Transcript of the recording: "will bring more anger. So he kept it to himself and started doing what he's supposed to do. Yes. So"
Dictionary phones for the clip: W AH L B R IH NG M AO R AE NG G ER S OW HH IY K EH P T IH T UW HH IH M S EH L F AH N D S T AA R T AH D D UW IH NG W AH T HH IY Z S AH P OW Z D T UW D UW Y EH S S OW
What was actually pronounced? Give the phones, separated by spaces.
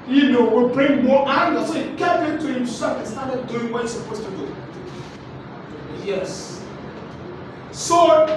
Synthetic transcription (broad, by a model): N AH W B R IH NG M AO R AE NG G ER S OW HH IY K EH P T IH T UW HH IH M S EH F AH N S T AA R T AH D D UW IH NG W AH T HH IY S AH P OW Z T UW D UW Y EH S S OW